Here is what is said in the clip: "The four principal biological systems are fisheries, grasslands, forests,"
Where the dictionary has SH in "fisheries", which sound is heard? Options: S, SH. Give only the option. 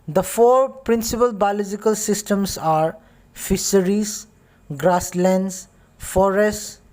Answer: S